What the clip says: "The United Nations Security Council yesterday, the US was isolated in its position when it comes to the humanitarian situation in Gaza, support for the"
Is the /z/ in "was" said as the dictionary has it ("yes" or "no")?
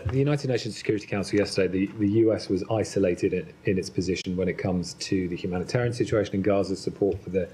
yes